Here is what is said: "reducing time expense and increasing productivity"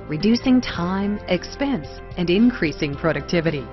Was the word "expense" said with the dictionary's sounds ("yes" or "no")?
yes